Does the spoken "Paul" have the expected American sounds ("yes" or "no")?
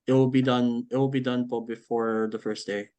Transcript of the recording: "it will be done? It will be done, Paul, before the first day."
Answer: no